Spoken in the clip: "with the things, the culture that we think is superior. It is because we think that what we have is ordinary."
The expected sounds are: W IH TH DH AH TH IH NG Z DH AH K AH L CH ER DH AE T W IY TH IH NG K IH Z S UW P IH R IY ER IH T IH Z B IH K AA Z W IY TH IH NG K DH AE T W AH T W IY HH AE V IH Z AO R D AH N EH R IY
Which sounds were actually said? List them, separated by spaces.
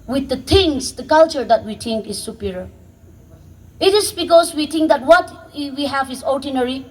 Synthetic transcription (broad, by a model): W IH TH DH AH T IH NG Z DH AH K AH L CH ER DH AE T W IY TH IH NG K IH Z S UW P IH R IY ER IH T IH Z B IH K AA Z W IY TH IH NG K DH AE T W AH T W IY HH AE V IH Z AO R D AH N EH R IY